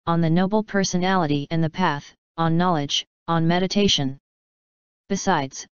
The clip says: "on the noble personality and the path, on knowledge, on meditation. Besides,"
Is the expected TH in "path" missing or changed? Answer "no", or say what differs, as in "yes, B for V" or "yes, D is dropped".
no